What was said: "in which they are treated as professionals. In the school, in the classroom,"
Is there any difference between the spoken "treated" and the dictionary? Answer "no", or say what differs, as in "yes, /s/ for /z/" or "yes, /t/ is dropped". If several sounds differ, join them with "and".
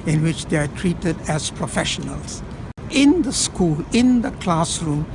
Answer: no